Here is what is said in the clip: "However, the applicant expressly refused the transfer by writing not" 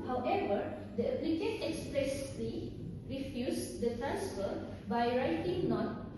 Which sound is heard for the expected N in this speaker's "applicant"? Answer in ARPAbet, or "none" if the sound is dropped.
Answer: none